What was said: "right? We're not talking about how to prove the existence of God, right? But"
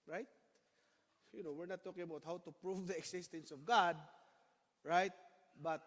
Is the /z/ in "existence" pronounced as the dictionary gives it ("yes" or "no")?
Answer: no